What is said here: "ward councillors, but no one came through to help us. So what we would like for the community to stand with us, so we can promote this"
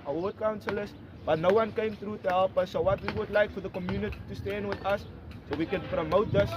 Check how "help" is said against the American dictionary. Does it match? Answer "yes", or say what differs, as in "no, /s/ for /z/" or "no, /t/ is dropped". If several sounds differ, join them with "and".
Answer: yes